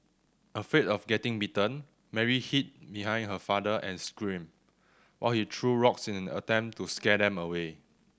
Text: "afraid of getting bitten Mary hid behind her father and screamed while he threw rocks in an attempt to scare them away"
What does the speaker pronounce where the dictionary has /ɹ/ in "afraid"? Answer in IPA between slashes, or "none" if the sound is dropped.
none